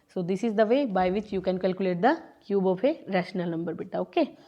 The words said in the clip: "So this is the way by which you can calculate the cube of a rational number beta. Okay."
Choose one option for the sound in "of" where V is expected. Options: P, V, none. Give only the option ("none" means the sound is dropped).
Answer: P